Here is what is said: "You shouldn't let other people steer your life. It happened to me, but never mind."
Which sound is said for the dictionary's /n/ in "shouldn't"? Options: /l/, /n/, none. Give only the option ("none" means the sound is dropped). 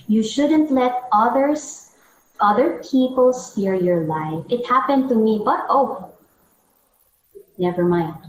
/n/